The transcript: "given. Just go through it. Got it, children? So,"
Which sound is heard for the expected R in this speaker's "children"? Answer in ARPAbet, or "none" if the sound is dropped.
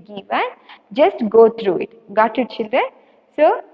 none